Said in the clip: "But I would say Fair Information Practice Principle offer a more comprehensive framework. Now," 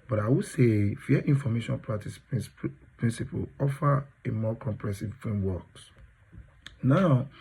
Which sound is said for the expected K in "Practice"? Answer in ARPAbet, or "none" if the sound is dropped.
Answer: none